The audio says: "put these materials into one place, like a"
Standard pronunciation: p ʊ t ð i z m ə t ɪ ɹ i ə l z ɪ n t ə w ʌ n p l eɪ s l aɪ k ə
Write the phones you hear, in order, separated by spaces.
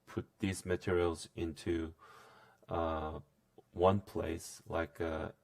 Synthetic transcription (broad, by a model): p ʊ t ð i z m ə t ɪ ɹ i l z ɪ n t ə w ʌ n p l eɪ s l aɪ k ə